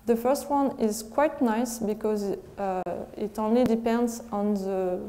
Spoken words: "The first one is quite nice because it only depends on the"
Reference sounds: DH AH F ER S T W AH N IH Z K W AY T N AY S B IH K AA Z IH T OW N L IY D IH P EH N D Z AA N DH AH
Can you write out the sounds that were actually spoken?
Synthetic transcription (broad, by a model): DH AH F ER S T W AH N IH Z K W AY T N AY S B IH K AA Z IH T OW N L IY D IH P EH N D Z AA N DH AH